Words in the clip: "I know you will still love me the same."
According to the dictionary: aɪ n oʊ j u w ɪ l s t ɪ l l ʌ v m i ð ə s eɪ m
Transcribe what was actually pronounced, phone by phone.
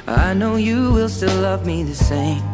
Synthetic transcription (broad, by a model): aɪ n oʊ j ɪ w ɪ l s t ɪ l l ʌ v m i ð ə s eɪ m